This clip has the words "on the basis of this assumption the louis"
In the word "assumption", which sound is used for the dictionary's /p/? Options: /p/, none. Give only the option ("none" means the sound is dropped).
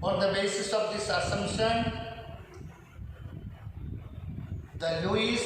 none